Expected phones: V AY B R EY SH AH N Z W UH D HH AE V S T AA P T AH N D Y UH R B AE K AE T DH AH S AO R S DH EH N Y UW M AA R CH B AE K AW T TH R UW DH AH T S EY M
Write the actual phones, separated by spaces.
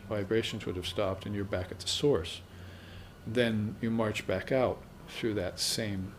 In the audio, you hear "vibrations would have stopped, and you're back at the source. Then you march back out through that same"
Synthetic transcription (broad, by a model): V AY B R EY SH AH N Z W UH D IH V S T AA P T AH N Y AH R B AE K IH T DH AH S AO R S DH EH N Y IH M AA R CH B AE K AW T TH R UW DH AH T S EY M